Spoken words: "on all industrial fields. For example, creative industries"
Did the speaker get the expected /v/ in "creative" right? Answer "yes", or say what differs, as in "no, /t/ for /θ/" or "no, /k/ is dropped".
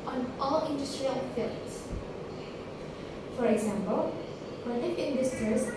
no, /f/ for /v/